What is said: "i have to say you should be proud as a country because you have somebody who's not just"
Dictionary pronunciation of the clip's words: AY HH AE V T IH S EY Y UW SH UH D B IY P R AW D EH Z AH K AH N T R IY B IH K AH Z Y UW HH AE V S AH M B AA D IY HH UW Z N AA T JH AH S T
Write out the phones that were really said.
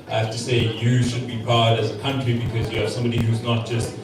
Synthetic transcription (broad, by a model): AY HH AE F T IH S EY Y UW SH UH D B IY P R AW D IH Z AH K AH N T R IY B IH K AH Z Y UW S AH M B AA D IY HH UW Z N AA T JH AH S T